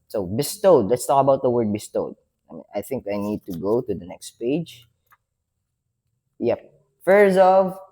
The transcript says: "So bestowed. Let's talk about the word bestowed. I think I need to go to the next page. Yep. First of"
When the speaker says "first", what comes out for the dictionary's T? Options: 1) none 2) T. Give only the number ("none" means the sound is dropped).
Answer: 1